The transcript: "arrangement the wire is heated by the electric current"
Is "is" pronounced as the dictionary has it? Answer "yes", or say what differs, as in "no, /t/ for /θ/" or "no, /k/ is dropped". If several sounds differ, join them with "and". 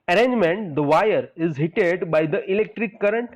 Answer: yes